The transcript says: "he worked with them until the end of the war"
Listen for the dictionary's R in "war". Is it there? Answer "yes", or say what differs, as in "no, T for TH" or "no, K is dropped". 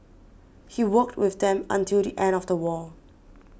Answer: no, L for R